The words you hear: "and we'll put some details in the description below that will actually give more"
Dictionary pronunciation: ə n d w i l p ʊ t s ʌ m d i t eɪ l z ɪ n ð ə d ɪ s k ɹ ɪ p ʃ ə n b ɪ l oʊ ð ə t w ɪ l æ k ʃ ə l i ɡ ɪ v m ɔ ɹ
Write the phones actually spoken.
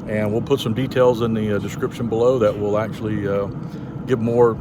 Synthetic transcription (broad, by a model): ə n w i l p ʊ t s ʌ m d i t eɪ l z ɪ n ð ə d ɪ s k ɹ ɪ p ʃ ə n b ɪ l oʊ ð ə t w ɪ l æ k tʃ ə l i ɡ ɪ v m ɔ ɹ